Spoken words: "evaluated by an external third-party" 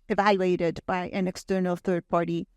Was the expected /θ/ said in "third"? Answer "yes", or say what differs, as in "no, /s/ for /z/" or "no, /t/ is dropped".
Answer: yes